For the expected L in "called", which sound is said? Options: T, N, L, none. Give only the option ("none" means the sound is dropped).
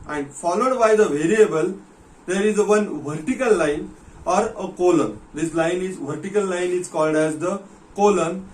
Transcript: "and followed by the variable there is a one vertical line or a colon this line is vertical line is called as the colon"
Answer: L